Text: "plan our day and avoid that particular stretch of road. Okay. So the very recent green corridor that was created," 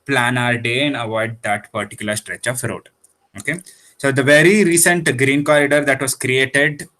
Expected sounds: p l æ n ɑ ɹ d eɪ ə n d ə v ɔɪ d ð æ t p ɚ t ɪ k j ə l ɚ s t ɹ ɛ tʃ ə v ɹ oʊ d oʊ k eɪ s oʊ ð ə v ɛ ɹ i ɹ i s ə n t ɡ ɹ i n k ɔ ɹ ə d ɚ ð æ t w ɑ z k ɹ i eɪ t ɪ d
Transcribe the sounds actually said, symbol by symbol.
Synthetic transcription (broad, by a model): p l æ n ɑ ɹ d eɪ ə n d ə v ɔɪ d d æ t p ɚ t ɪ k j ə l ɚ s t ɹ ɛ tʃ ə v ɹ oʊ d oʊ k eɪ s oʊ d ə v ɛ ɹ i ɹ i s ə n t ɡ ɹ i n k ɔ ɹ ə d ɚ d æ t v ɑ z k ɹ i eɪ t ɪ d